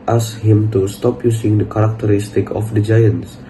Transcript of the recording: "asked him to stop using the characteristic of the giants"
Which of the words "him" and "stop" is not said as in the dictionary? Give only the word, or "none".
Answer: none